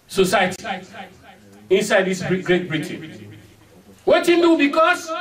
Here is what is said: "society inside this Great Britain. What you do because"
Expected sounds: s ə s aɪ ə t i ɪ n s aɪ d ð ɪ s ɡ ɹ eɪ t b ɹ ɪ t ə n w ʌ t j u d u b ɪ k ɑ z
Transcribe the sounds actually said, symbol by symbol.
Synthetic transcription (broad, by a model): s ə s aɪ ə t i ɪ n s aɪ d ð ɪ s ɡ ɹ eɪ t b ɹ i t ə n w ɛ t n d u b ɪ k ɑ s